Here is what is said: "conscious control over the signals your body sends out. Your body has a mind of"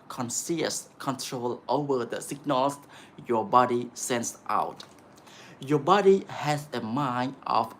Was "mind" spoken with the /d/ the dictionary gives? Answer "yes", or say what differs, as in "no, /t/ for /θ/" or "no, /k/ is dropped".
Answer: no, /d/ is dropped